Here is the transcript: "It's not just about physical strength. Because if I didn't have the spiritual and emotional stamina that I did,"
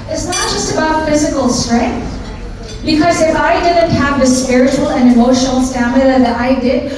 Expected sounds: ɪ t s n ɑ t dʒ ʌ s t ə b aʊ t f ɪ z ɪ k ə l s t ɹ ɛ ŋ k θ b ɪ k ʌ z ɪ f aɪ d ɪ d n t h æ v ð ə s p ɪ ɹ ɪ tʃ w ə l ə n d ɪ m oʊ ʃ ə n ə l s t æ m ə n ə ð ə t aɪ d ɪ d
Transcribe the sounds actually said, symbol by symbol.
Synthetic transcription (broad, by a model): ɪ t s n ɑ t dʒ ʌ s t ə b aʊ t f ɪ z ɪ k ə l s t ɹ ɛ ŋ k θ b ɪ k ʌ z ɪ f aɪ d ɪ d n t h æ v ð ə s p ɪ ɹ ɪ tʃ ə l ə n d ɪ m oʊ ʃ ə n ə l s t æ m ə l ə ð ə t aɪ d ɪ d